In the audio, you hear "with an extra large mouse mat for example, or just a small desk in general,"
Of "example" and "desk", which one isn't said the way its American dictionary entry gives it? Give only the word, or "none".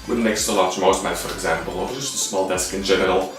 none